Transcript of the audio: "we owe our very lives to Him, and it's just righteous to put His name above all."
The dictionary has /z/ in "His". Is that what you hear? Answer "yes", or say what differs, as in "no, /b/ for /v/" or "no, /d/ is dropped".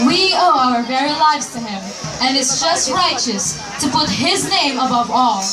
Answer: yes